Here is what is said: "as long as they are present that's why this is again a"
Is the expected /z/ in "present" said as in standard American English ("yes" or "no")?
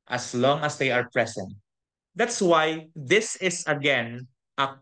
no